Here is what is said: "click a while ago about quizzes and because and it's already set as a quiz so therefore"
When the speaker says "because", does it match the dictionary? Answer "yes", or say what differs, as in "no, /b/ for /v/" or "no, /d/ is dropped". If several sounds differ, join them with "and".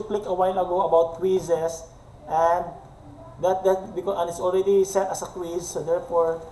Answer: no, /z/ is dropped